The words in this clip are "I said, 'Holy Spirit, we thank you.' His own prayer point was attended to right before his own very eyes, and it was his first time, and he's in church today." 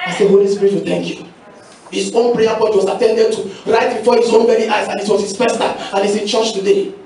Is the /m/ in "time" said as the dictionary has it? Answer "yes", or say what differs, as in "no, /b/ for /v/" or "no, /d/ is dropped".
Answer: no, /m/ is dropped